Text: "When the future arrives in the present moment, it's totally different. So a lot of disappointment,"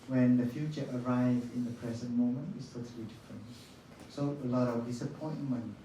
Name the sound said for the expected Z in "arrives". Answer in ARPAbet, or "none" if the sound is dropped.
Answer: none